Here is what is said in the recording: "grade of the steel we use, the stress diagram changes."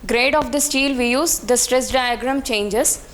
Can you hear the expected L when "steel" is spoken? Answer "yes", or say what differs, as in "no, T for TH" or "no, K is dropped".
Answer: yes